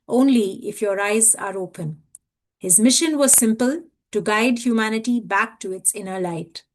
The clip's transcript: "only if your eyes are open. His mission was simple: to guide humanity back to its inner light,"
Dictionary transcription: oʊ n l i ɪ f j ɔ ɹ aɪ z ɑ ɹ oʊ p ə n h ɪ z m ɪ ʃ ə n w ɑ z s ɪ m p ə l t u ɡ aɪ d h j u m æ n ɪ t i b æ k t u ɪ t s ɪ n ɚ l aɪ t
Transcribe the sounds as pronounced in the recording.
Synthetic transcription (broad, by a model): oʊ n l i ɪ f j ɔ ɹ aɪ z ɑ ɹ oʊ p ə n h ɪ z m ɪ ʃ ə n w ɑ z s ɪ m p ə l t u ɡ aɪ d h j u m æ n ɪ t i b æ k t u ɪ t s ɪ n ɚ l aɪ t